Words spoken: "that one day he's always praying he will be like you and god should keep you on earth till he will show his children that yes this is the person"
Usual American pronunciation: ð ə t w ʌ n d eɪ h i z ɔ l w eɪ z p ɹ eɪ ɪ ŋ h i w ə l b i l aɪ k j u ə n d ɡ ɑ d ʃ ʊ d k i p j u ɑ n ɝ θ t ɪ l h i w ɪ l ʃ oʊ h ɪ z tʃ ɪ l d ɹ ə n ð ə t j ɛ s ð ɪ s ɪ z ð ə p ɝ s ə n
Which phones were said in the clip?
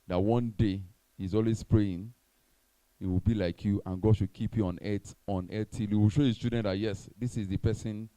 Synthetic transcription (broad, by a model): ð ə t w ʌ n d eɪ h i z ɔ l w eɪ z p ɹ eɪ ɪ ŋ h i w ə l b i l aɪ k j u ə n ɡ ɑ d ʃ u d k i p j u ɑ n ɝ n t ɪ l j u w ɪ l ʃ oʊ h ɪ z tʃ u d ə n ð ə t j ɛ s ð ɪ s ɪ z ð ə p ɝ s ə n